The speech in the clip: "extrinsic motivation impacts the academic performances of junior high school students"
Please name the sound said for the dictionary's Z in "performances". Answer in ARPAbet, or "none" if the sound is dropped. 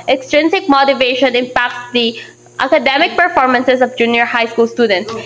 S